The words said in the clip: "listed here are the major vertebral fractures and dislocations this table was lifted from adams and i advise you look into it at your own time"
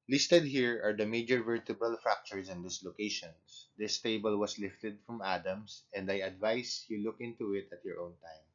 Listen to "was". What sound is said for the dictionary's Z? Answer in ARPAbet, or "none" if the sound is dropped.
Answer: S